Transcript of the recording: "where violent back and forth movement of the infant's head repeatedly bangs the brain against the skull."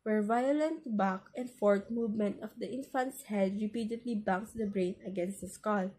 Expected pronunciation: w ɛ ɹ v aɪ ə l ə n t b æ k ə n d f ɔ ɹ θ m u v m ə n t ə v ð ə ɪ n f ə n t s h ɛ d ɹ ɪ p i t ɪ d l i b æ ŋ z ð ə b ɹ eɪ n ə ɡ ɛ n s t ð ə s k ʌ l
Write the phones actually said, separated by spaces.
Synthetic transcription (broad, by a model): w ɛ ɹ v aɪ ə l ə n t b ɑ k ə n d f ɔ ɹ t m u v m ə n t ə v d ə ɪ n f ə n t s h ɛ d ɹ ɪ p i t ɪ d l i b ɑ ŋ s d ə b ɹ eɪ n ə ɡ ɛ n s t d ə s k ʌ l